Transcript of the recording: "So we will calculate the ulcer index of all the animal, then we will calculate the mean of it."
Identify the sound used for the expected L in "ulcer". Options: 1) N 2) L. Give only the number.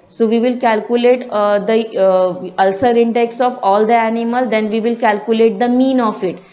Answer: 2